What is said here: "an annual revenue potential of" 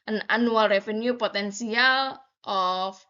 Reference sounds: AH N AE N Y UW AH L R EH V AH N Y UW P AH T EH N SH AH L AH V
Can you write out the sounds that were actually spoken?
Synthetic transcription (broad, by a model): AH N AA N UW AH L R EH F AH N Y UW P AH T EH N S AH L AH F